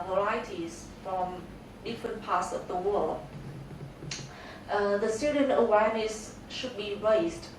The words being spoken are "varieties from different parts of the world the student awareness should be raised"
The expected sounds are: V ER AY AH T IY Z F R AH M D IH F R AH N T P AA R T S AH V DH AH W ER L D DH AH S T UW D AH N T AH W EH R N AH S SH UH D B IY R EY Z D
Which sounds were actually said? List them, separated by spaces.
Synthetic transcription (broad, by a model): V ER AY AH T IY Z F R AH M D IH F R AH N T P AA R T S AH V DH AH W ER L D DH AH S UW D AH N AH W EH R N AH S SH UH D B IY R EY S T